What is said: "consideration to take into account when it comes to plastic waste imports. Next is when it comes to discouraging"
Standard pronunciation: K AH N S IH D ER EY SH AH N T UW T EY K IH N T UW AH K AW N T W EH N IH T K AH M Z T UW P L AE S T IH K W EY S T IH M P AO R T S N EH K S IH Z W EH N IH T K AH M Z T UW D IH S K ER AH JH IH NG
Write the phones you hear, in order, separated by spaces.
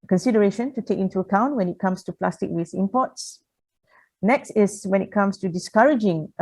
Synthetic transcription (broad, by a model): K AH N S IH D ER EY SH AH N T UW T EY K IH N T UW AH K AW N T W EH N IH T K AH M S T UW P L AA S T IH K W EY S IH M P AO T S N EH K S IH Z W EH N IH T K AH M S T UW D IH S K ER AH JH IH NG